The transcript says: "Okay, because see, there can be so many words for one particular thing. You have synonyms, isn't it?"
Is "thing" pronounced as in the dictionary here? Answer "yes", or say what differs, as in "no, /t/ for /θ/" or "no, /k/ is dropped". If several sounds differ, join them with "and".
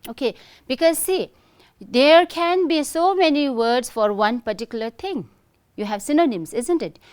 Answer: no, /t/ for /θ/